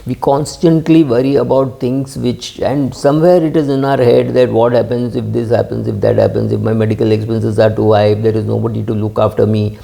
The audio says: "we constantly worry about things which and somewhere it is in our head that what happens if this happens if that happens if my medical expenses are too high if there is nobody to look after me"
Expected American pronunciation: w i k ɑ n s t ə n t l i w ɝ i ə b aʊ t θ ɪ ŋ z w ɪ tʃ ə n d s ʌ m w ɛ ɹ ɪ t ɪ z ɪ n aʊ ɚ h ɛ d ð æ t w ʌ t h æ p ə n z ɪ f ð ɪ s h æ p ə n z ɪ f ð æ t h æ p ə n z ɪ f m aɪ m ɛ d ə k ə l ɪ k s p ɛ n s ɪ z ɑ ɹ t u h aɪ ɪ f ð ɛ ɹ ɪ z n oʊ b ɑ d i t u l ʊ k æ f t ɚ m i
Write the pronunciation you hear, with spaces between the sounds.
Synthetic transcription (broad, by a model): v i k ɑ n s t ə n t l i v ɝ i ə b aʊ t t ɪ ŋ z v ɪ tʃ ə n d s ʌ m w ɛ ɹ ɪ t ɪ z ɪ n aʊ ɚ h ɛ d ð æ t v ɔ t h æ p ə n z ɪ f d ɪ s h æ p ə n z ɪ f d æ t h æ p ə n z ɪ f m aɪ m ɛ d ə k ə l ɪ k s p ɛ n s ɪ z ɑ ɹ t u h aɪ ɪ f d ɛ ɹ ɪ z n oʊ b ɑ d i t u l ʊ k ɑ f t ɚ m i